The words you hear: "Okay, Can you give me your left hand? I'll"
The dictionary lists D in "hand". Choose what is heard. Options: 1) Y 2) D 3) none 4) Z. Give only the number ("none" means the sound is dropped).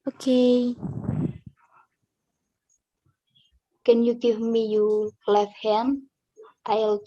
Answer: 3